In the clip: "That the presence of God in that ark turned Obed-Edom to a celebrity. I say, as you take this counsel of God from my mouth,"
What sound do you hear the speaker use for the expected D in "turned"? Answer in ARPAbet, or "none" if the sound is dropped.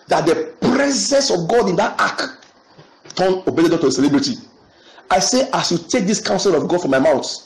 none